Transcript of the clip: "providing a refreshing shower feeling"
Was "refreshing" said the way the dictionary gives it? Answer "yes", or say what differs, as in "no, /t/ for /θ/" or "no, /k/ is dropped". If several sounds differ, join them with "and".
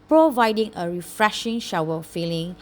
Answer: yes